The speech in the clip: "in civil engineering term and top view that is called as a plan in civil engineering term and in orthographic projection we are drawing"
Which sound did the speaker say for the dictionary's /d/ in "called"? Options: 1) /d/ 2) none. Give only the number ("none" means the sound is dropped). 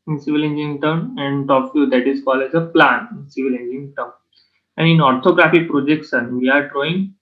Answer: 2